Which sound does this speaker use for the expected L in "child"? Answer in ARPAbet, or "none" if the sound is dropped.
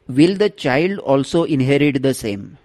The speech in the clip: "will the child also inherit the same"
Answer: L